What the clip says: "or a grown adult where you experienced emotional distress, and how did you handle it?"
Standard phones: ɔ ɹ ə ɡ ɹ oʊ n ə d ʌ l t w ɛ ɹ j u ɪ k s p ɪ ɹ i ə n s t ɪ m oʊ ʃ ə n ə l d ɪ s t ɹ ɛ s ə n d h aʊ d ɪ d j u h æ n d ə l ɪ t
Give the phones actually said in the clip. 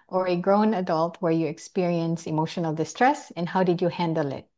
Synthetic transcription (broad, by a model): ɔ ɹ ə ɡ ɹ oʊ n ə d ʌ l t w ɛ ɹ j u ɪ k s p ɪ ɹ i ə n s ɪ m oʊ ʃ ə n ə l d ɪ s t ɹ ɛ s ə n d h aʊ d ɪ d j u h æ n d ə l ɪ t